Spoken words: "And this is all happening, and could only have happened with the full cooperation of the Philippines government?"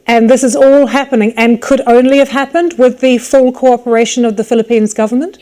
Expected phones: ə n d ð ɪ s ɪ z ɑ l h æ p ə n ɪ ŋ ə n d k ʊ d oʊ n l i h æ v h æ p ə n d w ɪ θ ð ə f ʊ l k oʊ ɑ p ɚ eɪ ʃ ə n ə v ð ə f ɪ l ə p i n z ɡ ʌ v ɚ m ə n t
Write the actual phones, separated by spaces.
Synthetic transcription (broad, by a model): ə n ð ɪ s ɪ z ɑ l h æ p ə n ɪ ŋ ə n k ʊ d oʊ n l i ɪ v h æ p ə n d w ɪ ð ə f ʊ l k oʊ ɑ p ɚ eɪ ʃ ə n ə v ð ə f ɪ l ə p i n z ɡ ʌ v ɚ m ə n t